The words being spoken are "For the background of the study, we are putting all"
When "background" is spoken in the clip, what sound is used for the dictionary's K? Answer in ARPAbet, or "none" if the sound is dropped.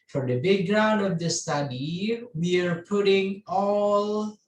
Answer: none